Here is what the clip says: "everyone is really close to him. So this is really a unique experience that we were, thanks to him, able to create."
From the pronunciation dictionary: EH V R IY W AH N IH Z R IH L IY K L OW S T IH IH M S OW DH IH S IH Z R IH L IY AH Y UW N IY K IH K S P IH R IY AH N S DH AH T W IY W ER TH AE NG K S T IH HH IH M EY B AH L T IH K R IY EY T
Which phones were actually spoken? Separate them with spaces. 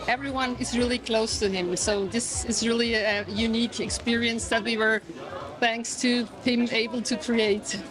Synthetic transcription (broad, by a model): EH V R IY W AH N IH Z R IH L IY K L OW S T IH IH M S OW DH IH S IH Z R IH L IY AH Y UW N IY K IH K S P IH R IY AH N S DH AH T W IY W ER TH AE NG K S T IH HH IH M EY B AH L T IH K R IY EY T